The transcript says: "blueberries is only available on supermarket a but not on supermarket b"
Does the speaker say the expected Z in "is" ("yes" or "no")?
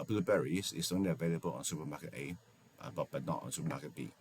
no